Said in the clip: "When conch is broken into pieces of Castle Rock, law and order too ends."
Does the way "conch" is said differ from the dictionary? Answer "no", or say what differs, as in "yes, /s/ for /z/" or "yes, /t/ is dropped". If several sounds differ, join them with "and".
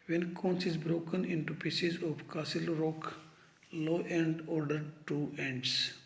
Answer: yes, /s/ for /tʃ/